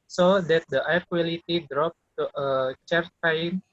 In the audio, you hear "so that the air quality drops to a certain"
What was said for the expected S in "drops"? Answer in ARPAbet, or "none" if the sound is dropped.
none